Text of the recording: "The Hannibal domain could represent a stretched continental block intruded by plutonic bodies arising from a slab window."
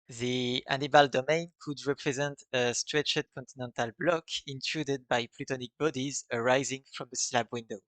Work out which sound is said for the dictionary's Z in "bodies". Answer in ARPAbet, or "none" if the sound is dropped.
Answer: Z